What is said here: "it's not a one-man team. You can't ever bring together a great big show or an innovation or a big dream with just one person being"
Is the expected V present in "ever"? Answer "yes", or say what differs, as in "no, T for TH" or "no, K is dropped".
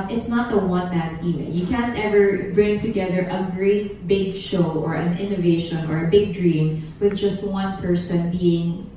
yes